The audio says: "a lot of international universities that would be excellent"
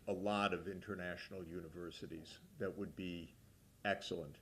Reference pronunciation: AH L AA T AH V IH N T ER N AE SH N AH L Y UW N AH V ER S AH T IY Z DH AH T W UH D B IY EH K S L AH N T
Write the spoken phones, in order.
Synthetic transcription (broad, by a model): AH L AA T AH V IH N T ER N AE SH N L Y UW N AH V ER S AH T IY Z DH AH T W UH D B IY EH K S L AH N T